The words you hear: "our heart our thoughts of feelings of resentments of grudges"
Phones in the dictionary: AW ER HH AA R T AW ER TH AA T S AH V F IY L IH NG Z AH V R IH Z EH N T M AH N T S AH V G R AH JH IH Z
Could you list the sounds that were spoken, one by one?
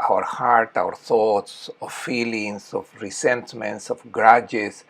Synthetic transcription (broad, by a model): AW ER HH AA R T AW ER TH AA T S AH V F IY L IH NG S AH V R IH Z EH N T M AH N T S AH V G R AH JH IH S